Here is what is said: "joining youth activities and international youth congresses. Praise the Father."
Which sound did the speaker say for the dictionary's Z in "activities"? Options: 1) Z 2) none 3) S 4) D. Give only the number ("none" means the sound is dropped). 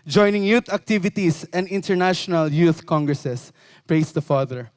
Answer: 3